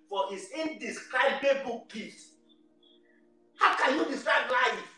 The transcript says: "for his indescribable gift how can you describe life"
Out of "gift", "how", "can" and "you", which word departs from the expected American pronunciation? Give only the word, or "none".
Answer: gift